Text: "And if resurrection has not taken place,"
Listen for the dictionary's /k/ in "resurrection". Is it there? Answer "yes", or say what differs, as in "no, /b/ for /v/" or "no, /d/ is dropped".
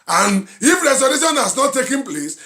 no, /k/ is dropped